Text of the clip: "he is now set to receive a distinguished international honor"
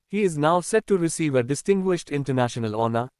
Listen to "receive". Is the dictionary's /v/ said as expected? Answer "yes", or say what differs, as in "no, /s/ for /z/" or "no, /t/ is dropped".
yes